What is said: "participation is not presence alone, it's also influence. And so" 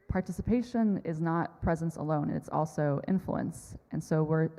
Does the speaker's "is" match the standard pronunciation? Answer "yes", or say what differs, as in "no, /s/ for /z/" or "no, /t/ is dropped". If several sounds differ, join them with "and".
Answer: yes